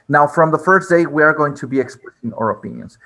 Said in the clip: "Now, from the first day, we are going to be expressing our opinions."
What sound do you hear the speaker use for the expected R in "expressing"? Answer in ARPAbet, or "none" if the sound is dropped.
L